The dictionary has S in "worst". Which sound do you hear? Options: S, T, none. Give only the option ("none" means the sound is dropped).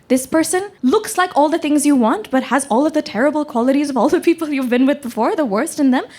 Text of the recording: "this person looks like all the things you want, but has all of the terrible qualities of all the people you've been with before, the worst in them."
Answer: S